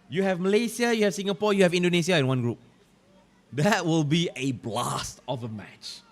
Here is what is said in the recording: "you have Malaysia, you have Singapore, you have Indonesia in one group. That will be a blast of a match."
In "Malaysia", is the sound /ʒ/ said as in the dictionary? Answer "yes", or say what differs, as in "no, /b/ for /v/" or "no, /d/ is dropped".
no, /s/ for /ʒ/